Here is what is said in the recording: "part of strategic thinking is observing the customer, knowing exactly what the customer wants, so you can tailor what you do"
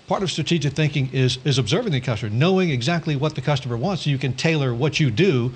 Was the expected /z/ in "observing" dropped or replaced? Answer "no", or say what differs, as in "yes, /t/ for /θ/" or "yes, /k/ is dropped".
no